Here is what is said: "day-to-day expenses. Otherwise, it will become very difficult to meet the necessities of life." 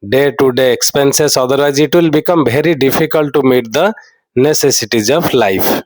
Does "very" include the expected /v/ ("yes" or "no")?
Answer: no